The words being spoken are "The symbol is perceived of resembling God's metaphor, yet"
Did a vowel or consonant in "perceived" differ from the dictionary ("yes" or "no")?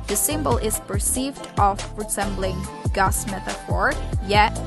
no